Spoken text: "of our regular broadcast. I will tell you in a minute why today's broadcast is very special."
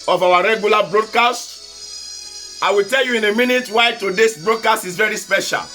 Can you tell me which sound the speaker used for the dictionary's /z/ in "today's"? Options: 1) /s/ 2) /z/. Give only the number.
1